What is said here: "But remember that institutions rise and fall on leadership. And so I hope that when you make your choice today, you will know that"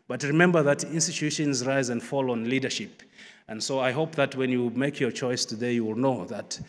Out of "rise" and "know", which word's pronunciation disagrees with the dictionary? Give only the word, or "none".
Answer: none